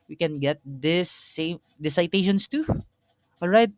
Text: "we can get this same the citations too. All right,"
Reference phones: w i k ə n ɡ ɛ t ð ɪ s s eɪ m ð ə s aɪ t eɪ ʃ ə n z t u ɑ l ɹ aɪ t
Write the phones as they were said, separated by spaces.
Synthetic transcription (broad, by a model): w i k ə n ɡ ɛ t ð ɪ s s eɪ m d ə s aɪ t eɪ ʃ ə n s t u ɑ l ɹ aɪ t